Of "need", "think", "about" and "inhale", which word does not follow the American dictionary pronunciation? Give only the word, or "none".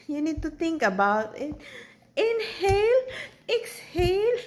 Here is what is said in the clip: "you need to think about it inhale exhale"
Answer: think